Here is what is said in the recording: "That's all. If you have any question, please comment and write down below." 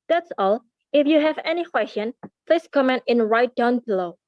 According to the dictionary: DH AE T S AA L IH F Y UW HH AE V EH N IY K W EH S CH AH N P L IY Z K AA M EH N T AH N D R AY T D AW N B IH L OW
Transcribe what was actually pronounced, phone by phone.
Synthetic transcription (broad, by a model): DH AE T S AA L IH F Y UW HH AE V EH N IY K W EH S CH AH N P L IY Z K AA M EH N T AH N R AY T D AW N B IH L OW